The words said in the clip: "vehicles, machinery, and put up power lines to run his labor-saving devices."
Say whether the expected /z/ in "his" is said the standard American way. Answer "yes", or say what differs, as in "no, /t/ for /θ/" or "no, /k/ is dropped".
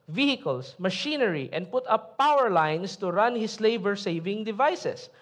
no, /s/ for /z/